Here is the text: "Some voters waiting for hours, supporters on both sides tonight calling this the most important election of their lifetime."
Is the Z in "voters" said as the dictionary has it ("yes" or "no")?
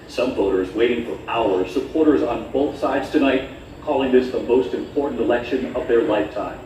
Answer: yes